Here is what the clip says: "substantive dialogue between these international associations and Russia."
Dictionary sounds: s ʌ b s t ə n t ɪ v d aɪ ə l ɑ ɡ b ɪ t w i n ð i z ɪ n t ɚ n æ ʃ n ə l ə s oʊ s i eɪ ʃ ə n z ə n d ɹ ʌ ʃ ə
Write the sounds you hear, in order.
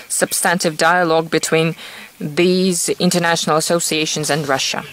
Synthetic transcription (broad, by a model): s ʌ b s t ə n t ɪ v d aɪ ə l ɑ ɡ b ɪ t w i n ð i z ɪ n t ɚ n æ ʃ n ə l ə s oʊ s i eɪ ʃ ə n z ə n ɹ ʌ ʃ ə